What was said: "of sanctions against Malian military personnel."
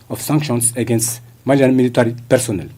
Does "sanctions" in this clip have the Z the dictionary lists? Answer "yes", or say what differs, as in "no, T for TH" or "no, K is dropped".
no, S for Z